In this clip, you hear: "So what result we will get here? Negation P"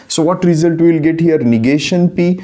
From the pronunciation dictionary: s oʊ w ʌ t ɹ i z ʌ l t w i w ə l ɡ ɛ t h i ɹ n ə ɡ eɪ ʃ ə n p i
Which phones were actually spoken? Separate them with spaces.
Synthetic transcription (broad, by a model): s oʊ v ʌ t ɹ i z ʌ l t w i l ɡ ɛ t h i ɹ n ə ɡ eɪ ʃ ə n p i